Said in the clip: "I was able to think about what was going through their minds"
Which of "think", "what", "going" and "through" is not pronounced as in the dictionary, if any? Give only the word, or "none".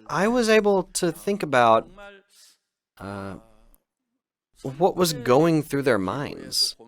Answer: none